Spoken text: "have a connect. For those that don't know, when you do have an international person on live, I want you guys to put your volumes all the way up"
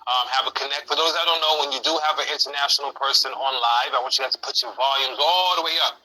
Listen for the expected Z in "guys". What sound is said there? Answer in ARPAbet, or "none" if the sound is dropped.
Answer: none